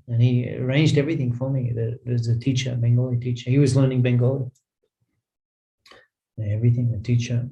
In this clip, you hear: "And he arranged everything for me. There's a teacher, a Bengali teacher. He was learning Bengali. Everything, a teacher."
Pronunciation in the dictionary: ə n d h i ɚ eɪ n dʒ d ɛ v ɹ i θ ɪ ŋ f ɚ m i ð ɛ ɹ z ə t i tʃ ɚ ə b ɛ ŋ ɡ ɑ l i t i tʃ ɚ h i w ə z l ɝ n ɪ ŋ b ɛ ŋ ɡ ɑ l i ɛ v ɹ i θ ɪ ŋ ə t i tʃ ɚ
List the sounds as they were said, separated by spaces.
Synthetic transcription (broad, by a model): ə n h i ɚ eɪ n dʒ d ɛ v ɹ i θ ɪ ŋ f ɚ m i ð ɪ w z ə t i tʃ ɚ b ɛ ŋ ɡ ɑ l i t i tʃ ɚ h i w ə z l ɝ n ɪ ŋ b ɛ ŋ ɡ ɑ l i ɛ v ɹ i θ ɪ ŋ ə t i tʃ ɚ